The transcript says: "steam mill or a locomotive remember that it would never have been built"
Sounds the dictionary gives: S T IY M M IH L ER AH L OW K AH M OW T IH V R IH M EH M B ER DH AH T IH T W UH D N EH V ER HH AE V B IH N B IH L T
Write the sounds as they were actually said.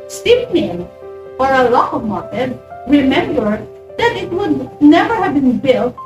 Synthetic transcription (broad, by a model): S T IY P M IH N ER AH L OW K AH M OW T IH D R IH M EH M B ER DH AH T IH T W UH D N EH V ER HH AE V B IH N B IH L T